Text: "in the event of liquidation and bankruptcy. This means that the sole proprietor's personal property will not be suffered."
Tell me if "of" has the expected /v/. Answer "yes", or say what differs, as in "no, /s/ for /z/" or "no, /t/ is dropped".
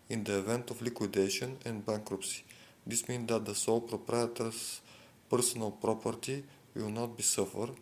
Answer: no, /f/ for /v/